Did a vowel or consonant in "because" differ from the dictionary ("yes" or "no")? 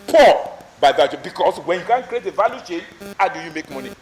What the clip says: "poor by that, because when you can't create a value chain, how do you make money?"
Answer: yes